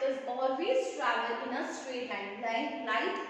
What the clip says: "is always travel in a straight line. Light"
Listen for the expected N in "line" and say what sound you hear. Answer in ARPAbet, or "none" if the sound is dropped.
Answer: L